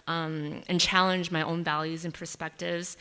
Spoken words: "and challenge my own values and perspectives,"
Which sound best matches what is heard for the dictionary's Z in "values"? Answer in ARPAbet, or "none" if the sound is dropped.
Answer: Z